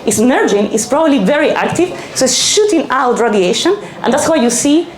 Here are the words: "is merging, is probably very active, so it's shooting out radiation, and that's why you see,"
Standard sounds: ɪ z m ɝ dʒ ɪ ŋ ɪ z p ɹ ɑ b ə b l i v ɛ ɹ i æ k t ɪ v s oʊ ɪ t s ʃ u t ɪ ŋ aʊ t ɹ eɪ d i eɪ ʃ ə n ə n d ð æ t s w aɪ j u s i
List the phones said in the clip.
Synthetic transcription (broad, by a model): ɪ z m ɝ dʒ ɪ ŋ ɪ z p ɹ ɑ b ə b l i v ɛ ɹ i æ k t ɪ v s oʊ ɪ t s ʃ u t ɪ ŋ aʊ t ɹ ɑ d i eɪ ʃ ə n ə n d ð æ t s w aɪ j u s i